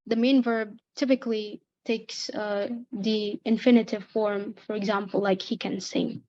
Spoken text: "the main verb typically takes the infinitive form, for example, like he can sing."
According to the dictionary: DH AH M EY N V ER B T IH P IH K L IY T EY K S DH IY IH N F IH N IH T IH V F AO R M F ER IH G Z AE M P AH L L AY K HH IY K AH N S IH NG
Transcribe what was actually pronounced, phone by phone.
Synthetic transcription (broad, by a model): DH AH M EY N V ER B T IH P IH K L IY T EY K S DH IY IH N F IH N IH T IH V F AO R M F ER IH G Z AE M P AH L L AY K HH IY K AH N S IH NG